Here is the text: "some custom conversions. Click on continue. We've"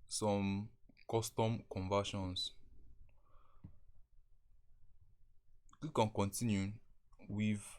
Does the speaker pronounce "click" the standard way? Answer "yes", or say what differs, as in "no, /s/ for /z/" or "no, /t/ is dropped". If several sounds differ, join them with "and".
no, /l/ is dropped